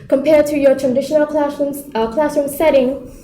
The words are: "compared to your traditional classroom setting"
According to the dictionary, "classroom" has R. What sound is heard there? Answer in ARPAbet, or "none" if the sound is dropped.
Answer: none